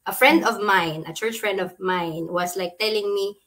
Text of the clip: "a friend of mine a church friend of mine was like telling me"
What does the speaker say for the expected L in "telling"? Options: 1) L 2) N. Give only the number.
1